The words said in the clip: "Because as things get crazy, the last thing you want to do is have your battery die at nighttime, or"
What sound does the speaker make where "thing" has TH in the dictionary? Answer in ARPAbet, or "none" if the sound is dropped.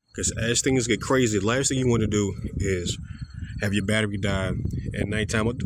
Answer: TH